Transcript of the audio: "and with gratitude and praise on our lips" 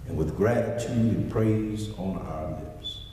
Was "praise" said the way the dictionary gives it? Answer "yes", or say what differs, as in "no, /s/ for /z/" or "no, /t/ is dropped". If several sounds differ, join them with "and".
yes